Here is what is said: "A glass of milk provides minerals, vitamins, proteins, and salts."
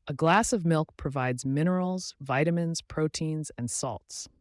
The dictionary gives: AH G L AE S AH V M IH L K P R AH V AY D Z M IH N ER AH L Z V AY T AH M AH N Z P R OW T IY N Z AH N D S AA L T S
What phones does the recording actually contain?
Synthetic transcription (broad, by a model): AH G L AE S AH V M IH L K P R AH V AY D Z M IH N ER L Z V AY T AH M AH N Z P R OW T IY N Z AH N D S AA L T S